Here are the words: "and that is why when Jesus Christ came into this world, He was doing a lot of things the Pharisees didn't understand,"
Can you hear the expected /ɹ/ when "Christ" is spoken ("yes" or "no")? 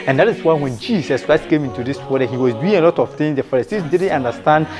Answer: yes